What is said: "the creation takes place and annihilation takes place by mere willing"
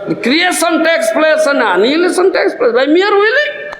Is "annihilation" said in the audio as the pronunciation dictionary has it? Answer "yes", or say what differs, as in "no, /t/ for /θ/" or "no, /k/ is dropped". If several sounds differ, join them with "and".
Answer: no, /s/ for /ʃ/